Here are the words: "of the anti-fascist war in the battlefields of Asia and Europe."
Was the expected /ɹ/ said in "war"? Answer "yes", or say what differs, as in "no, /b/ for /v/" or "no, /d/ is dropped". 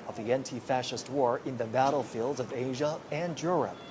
yes